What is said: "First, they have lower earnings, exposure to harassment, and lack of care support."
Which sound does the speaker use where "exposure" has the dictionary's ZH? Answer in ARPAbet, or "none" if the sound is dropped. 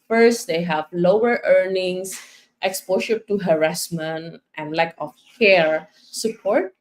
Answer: SH